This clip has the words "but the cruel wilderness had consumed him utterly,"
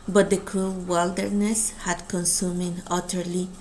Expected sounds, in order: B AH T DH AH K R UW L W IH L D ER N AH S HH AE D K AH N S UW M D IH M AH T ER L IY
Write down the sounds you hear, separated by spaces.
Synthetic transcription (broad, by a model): B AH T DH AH K R UW L W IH L D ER N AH S HH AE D K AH N S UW M IH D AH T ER L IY